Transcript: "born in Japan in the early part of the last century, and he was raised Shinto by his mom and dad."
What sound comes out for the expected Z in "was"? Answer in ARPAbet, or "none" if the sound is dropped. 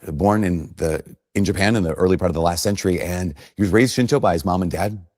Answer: Z